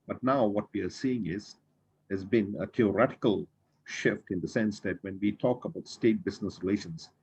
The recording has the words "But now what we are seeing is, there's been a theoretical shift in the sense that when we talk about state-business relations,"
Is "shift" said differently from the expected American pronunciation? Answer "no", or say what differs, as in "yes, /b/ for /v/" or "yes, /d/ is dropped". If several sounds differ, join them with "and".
no